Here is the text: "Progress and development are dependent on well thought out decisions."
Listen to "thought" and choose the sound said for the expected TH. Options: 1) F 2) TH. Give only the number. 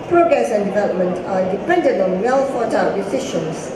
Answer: 1